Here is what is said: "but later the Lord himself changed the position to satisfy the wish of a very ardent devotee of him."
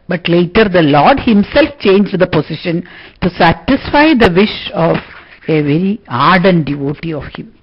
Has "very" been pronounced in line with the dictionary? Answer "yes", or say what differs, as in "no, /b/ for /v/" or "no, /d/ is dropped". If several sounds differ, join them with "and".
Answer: yes